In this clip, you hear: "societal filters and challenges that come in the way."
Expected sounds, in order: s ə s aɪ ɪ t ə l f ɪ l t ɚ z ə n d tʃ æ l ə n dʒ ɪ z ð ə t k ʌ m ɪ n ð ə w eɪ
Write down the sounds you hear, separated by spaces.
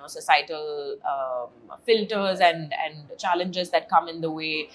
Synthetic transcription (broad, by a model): s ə s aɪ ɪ t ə l f ɪ l t ɚ z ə n d tʃ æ l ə n dʒ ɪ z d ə t k ʌ m ɪ n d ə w eɪ